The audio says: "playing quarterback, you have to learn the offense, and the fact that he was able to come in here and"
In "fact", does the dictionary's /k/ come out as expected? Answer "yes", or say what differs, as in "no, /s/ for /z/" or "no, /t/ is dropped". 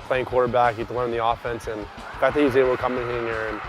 no, /k/ is dropped